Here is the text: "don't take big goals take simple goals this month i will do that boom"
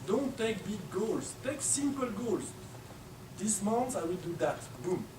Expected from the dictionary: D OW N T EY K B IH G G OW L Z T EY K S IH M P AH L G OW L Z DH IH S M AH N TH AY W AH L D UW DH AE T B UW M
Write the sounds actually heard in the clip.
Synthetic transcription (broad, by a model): D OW N T EY K B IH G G OW L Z T EY K S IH M P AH L G OW L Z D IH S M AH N S AY W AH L D UW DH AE T B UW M